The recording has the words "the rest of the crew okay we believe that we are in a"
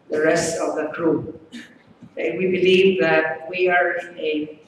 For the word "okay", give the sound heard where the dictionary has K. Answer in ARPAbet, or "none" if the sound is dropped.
none